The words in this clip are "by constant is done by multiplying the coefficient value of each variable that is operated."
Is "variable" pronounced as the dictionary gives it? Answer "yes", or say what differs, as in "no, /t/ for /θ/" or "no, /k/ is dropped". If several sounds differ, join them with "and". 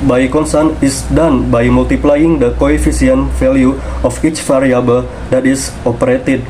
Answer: no, /f/ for /v/